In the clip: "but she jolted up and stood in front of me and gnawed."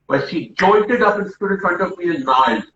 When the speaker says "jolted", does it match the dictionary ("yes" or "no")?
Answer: no